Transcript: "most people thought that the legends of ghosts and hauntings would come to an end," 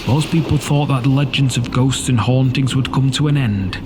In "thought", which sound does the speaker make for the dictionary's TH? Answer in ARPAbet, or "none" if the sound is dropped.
TH